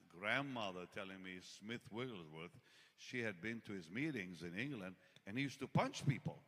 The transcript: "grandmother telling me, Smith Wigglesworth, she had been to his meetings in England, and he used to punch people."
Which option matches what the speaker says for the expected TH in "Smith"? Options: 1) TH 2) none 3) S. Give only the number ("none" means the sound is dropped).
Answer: 1